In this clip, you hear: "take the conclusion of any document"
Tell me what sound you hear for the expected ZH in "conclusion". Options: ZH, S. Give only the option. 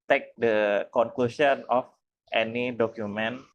S